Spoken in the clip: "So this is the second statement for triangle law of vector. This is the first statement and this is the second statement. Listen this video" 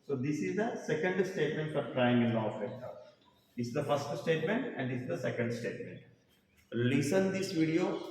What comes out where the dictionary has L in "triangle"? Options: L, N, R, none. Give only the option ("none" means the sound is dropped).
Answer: N